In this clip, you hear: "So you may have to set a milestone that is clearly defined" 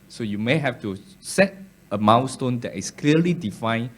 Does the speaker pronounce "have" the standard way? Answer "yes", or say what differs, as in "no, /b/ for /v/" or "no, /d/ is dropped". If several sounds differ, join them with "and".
no, /f/ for /v/